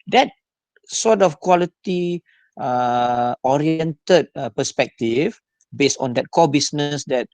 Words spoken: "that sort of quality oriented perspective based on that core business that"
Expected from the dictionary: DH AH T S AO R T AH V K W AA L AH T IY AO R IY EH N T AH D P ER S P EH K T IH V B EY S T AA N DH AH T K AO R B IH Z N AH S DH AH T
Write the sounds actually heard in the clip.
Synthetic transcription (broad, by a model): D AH T S AO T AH F K W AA L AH T IY AO R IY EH N T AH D P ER S P EH K T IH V B EY S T AA N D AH T K AO B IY S N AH S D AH T